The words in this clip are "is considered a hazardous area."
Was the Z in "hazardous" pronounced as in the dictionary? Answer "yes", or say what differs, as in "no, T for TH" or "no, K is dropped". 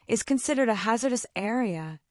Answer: yes